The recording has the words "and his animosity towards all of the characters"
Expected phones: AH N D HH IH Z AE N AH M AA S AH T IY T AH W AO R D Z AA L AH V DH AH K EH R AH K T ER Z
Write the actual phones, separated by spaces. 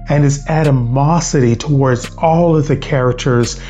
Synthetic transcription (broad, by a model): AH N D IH Z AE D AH M AA S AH T IY T AH W AO R D Z AA L AH V DH AH K EH R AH K T ER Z